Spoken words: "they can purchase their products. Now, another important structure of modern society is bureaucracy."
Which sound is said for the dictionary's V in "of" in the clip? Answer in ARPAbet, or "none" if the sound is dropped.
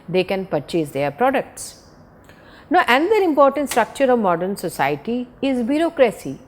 V